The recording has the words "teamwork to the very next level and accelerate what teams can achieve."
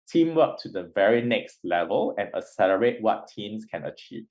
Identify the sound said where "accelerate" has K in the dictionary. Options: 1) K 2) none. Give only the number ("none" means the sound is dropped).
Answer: 2